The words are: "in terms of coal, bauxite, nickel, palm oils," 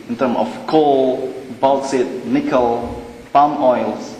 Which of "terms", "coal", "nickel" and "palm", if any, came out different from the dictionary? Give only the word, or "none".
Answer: terms